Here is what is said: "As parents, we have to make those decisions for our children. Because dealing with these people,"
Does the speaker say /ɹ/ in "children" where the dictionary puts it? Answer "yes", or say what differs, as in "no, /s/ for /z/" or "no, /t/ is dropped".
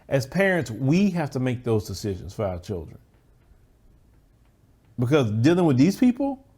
yes